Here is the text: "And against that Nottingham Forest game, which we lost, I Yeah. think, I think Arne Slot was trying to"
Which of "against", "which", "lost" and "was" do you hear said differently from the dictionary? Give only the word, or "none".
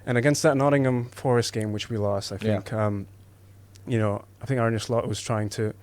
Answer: none